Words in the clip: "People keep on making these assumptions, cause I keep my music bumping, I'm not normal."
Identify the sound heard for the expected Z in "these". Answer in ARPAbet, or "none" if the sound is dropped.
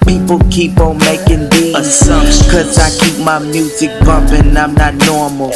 none